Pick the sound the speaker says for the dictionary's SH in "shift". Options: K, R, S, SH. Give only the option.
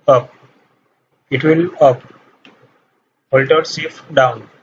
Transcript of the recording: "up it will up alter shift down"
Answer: S